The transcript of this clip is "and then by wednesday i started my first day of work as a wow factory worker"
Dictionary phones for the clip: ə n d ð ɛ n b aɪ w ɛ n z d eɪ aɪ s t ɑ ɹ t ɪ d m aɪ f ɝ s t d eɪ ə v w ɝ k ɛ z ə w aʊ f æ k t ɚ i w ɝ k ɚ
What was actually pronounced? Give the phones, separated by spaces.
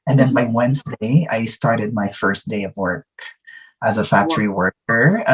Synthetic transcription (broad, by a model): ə n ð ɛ n b aɪ w ɛ n z d eɪ aɪ s t ɑ ɹ t ɪ d m aɪ f ɝ s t d eɪ ə v w ɝ k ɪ z ə f æ k t ɚ i w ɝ k ɚ